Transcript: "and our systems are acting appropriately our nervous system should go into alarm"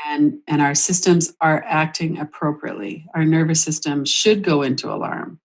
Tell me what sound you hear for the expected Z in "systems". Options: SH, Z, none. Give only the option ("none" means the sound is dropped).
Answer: Z